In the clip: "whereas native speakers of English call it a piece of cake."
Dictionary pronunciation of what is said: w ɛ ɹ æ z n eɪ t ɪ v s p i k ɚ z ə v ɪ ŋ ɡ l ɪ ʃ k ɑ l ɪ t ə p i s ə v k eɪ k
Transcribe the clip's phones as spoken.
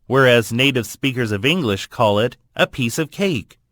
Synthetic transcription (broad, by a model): w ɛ ɹ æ z n eɪ t ɪ v s p i k ɚ z ə v ɪ ŋ ɡ l ɪ ʃ k ɑ l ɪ t ə p i s ə v k eɪ k